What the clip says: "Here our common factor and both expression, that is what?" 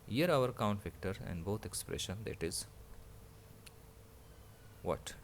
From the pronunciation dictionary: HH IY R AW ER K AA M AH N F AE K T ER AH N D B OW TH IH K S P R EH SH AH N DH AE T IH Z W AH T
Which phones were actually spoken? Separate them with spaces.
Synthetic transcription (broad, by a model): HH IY R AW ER K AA AH N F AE K T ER AH N D B OW T IH K S P R EH SH AH N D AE T IH Z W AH T